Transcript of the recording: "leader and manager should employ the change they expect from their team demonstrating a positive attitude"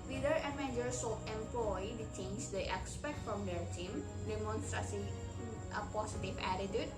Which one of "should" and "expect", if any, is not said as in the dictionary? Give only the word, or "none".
should